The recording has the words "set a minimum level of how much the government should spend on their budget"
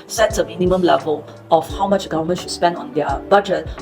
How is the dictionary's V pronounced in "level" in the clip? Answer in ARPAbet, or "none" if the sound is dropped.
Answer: V